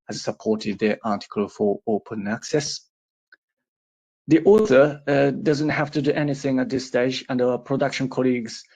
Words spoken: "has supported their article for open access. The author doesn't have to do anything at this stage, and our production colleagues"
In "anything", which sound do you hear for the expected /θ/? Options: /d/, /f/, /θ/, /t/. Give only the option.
/θ/